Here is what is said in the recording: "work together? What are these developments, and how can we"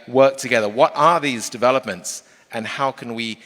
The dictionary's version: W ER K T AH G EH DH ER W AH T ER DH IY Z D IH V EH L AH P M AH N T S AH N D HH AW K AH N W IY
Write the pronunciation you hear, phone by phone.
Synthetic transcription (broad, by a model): W ER K T AH G EH DH ER W AH T ER DH IY Z D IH V EH L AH P M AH N T S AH N HH AW K AH N W IY